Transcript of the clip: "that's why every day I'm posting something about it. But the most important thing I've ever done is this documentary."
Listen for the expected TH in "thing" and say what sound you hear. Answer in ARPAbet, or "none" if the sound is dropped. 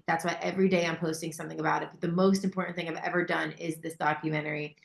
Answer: TH